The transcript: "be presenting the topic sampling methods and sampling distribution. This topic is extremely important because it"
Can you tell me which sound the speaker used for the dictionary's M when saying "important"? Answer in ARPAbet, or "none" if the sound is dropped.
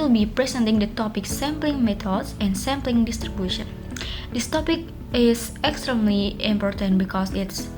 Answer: M